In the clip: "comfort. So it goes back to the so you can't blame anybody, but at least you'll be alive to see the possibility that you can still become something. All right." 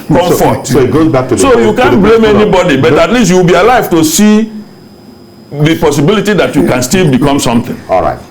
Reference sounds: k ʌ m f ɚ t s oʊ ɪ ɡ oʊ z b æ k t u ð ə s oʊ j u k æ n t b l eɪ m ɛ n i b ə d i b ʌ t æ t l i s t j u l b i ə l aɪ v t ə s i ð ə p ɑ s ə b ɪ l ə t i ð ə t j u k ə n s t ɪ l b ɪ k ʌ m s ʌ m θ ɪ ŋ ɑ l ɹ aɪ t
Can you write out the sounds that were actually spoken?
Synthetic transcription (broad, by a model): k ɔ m f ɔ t s oʊ ɡ oʊ z b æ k t u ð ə s oʊ j u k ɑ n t b l eɪ m ɛ n i b ə d i b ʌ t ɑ t l i s t j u w b i ə l aɪ v t ə s i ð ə p ɑ s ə b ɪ l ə t i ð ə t j u k ə n s t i l b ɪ k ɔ m s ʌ m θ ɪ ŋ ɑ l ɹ aɪ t